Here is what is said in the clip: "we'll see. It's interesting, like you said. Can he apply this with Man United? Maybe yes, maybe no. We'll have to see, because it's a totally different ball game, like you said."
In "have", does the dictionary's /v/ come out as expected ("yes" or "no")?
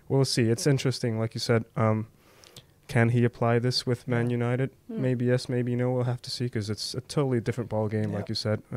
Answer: no